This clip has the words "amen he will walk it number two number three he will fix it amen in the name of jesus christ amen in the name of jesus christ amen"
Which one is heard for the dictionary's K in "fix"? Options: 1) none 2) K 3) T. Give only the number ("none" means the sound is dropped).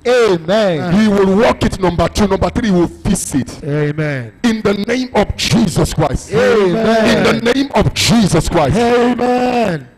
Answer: 1